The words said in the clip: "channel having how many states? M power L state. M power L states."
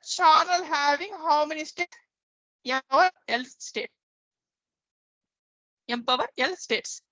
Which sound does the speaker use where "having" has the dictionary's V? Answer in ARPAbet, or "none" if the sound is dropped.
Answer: V